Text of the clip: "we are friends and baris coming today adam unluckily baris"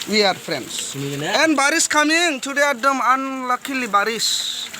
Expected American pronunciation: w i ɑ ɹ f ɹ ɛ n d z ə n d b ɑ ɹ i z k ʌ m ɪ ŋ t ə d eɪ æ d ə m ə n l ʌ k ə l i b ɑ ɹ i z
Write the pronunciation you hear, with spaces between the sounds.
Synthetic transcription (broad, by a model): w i ɑ ɹ p ɹ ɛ n d s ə n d b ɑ ɹ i s k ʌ m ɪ ŋ t ə d eɪ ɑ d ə m ə n l ʌ k ə l i b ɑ ɹ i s